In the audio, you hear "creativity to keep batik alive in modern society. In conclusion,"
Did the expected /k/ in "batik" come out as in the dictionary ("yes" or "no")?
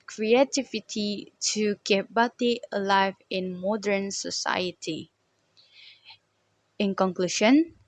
no